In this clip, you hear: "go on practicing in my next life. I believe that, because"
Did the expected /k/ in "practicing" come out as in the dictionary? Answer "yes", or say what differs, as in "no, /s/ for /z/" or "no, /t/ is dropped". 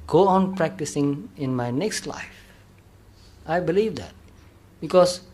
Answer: yes